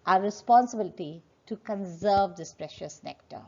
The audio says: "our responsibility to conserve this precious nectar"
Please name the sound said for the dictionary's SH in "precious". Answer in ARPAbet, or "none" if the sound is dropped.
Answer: SH